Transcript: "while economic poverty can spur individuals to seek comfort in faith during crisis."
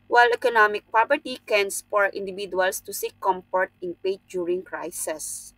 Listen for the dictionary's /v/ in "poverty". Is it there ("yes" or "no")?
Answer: no